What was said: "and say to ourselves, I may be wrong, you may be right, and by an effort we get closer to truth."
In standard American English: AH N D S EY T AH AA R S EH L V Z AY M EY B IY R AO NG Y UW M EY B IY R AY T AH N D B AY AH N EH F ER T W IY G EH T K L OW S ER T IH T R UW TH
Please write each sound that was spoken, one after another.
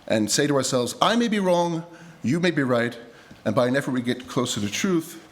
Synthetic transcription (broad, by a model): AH N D S EY T AH AA R S EH L V Z AY M EY B IY R AO NG Y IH M EY B IY R AY T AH N B AY AH N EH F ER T W IY G EH T K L OW S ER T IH T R UW TH